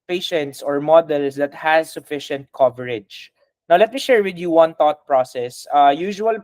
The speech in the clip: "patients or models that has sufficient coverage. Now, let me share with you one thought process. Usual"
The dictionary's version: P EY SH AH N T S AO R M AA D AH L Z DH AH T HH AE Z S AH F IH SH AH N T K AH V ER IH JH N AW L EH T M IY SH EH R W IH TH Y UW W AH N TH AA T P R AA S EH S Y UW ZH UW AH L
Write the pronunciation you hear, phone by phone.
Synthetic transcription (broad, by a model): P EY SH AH N T S AO R M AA D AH L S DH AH T HH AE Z S AH F IH SH AH N T K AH V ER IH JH N AW L EH T M IY SH EH R W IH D Y UW W AH N T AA T P R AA S EH S Y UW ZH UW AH L